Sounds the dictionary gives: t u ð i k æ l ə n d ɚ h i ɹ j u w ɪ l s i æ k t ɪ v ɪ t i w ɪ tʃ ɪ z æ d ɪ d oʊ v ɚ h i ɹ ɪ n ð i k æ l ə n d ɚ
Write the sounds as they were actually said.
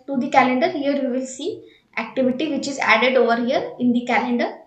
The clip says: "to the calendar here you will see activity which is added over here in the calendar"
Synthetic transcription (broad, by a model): t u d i k æ l ə n d ɚ h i ɹ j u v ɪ l s i æ k t ɪ v ɪ t i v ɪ tʃ ɪ z æ d ɪ d oʊ v ɚ h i ɹ ɪ n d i k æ l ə n d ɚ